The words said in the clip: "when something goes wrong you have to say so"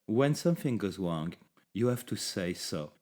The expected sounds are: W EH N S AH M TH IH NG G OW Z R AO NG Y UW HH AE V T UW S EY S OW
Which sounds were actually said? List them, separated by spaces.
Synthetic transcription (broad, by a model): W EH N S AH M TH IH NG G OW Z R AO NG Y UW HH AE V T UW S EY S OW